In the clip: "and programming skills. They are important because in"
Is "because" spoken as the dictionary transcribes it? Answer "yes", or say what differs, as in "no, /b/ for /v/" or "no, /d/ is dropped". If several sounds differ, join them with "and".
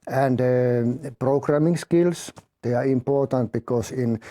no, /s/ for /z/